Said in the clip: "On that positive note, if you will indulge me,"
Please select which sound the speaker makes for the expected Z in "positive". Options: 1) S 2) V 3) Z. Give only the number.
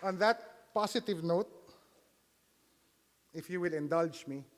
1